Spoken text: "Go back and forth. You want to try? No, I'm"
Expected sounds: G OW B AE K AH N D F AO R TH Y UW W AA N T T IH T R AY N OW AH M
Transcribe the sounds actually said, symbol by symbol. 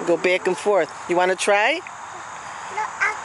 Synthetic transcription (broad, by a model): G OW B AE K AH N F AO R TH Y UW W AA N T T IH T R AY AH